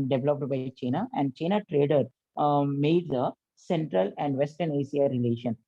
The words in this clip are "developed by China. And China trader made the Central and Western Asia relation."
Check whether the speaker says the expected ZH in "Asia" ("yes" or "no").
no